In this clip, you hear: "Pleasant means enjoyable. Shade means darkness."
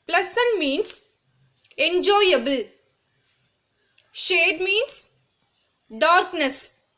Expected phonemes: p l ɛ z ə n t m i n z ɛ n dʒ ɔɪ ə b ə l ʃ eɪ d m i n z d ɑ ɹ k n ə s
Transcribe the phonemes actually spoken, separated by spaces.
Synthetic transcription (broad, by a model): p l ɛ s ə n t m i n s ɛ n dʒ ɔɪ ə b ə l ʃ eɪ d m i n s d ɑ ɹ k n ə s